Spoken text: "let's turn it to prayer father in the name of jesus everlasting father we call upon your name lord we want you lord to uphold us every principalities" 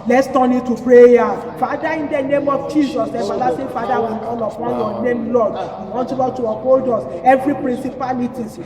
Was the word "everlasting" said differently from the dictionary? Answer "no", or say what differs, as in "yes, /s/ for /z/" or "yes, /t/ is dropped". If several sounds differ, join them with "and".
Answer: yes, /f/ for /v/